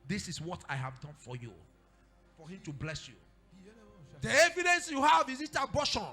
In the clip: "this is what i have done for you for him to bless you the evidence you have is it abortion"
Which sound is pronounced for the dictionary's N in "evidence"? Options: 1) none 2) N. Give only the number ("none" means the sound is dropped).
2